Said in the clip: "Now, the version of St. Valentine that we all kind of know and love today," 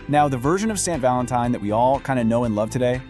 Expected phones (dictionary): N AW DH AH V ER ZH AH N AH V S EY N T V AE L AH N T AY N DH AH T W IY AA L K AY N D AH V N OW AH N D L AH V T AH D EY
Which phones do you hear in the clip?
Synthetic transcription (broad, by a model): N AW DH AH V ER ZH AH N AH V S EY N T V AE L AH N T AY N DH AH T W IY AA L K AY N D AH N OW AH N L AH V T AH D EY